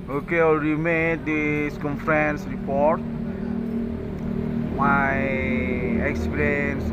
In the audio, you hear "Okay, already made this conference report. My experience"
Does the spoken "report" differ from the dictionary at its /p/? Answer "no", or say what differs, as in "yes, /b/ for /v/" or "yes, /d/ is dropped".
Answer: no